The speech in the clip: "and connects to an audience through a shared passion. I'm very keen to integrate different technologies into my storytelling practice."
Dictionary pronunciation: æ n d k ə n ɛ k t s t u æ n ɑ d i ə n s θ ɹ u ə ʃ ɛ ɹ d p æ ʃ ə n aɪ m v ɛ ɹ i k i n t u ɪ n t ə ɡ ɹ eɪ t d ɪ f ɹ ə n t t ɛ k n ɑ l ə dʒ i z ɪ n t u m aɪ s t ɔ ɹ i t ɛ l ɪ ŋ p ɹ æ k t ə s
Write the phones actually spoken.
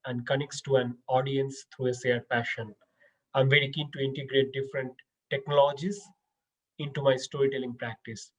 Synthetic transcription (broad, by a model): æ n d k ə n ɛ k t s t u æ n ɑ d i ə n s t ɹ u ə s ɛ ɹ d p æ ʃ ə n aɪ m v ɛ ɹ i k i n t u ɪ n t ə ɡ ɹ eɪ t d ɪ f ɹ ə n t t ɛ k n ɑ l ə dʒ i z ɪ n t u m aɪ s t ɔ ɹ i t ɛ l ɪ ŋ p ɹ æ k t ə s